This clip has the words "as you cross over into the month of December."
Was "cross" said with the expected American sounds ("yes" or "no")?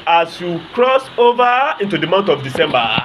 yes